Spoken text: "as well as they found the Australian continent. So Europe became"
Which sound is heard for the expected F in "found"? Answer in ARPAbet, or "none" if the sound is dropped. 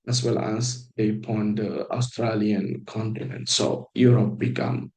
P